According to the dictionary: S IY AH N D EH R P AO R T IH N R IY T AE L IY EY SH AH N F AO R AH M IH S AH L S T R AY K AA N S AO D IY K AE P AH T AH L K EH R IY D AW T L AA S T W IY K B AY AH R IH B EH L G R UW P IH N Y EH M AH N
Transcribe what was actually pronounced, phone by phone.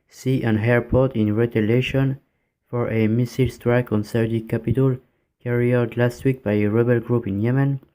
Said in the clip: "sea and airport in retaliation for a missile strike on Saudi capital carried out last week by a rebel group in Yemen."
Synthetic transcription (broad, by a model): S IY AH N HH EH R P AO R T IH N R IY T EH L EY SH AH N F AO R AH M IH S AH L S T R AY K AA N S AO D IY K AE P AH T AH L K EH R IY AW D L AA S T W IY K B AY AH R IH B EH L G R UW P IH N Y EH M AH N